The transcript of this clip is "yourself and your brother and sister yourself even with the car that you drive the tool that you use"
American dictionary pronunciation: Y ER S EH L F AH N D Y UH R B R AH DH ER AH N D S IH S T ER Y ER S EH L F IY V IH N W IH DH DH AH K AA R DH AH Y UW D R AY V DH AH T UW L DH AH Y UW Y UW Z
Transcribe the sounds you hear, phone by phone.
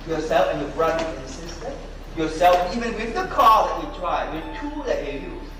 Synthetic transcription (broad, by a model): Y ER S EH L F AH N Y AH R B R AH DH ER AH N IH S IH S T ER Y ER S EH L F IY V IH N W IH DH DH AH K AA L DH AH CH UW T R AY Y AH T UW L DH AH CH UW Y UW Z